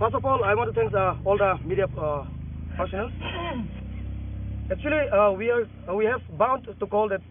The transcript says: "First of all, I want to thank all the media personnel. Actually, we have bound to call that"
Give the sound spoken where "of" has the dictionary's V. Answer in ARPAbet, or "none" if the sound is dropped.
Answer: P